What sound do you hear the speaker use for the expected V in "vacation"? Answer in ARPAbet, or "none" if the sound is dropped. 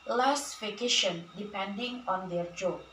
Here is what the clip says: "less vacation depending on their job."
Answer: F